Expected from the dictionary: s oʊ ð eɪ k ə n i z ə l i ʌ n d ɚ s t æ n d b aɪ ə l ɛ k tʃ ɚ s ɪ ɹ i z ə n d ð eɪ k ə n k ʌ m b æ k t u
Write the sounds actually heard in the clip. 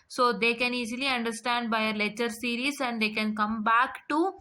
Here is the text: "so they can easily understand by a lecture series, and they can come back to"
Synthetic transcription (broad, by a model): s oʊ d eɪ k ə n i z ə l i ʌ n d ɚ s t æ n d b aɪ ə l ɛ tʃ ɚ s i ɹ i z ə n d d eɪ k ə n k ʌ m b æ k t u